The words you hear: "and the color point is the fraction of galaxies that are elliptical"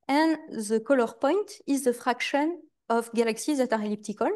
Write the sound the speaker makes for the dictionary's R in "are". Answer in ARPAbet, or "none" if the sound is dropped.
R